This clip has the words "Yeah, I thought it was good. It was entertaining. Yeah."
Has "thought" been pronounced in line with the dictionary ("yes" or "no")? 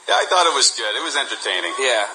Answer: yes